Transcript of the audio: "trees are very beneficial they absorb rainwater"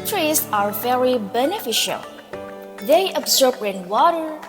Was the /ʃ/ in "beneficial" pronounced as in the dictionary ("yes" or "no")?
yes